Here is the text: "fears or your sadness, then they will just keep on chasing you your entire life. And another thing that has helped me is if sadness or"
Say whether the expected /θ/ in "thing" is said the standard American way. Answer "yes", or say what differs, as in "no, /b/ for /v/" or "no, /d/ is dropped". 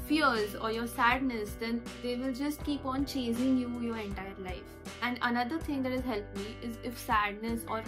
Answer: no, /t/ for /θ/